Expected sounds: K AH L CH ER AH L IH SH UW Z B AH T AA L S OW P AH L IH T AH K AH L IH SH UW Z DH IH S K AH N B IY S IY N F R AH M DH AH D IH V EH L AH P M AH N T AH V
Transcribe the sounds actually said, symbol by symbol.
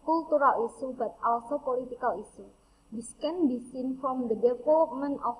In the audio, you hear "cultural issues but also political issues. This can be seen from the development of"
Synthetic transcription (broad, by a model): K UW L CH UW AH L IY S UW B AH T AA L S OW P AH L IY T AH K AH L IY S UW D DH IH S K AH N B IY S IY N F R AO M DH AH D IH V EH L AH P M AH N AH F